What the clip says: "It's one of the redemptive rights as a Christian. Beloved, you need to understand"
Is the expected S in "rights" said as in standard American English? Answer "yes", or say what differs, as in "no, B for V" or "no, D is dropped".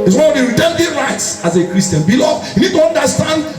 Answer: yes